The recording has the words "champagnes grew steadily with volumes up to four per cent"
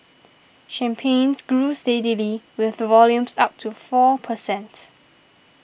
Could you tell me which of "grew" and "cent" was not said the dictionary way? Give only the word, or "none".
none